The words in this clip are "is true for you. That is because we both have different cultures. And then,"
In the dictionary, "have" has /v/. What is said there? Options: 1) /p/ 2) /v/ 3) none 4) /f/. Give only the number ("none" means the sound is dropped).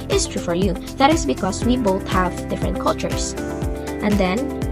2